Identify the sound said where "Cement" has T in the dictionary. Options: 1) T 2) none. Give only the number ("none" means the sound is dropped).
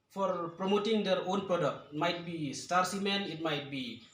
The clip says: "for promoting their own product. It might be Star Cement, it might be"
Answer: 2